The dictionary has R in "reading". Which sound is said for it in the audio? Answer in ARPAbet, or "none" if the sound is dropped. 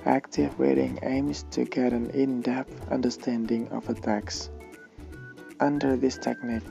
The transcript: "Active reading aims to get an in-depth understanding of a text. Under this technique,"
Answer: W